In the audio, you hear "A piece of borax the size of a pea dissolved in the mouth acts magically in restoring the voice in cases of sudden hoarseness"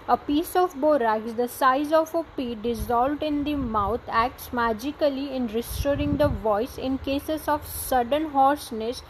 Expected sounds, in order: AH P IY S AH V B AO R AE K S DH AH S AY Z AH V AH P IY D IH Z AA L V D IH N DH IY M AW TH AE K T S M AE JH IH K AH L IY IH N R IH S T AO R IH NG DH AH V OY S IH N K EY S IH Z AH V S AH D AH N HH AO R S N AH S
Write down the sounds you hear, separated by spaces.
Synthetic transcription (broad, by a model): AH P IY S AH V B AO R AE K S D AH S AY Z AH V AH P IY D IH Z AA L V D IH N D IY M AW T AE K T S M AE JH IH K AH L IY IH N R IH S T AO R IH NG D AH V OY S IH N K EY S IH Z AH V S AH D AH N HH AO R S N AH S